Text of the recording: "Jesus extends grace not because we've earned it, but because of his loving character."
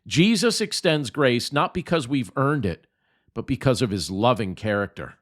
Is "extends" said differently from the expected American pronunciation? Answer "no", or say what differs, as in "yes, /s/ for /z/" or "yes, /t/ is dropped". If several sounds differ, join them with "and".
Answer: no